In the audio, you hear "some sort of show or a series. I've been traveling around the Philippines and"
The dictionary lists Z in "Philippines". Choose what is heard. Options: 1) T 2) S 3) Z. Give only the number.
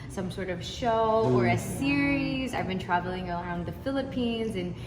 3